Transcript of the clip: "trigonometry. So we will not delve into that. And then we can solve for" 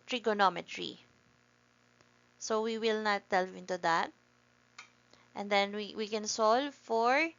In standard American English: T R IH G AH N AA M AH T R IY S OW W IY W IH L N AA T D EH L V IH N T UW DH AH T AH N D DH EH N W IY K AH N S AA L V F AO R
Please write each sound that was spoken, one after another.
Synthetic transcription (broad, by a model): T R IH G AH N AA M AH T R IY S OW W IY W IH L N AA T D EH L IH N T UW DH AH T AH N D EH N W IY K AH N S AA L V F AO R